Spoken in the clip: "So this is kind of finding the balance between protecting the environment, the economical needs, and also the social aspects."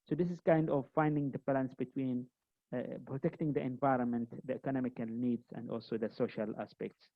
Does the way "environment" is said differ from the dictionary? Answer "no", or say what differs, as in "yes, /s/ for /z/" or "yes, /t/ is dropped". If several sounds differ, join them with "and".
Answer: no